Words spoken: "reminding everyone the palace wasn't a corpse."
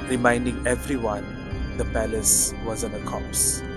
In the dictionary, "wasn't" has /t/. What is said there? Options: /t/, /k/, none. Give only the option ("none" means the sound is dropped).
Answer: none